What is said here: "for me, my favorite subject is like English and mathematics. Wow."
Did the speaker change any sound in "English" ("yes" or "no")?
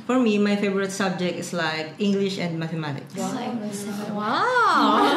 no